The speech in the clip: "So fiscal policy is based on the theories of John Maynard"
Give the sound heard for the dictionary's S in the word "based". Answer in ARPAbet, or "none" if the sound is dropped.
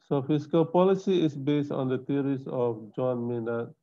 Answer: S